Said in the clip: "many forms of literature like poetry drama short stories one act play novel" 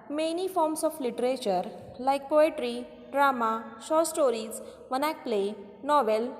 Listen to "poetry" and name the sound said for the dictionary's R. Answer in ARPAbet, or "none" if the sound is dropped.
R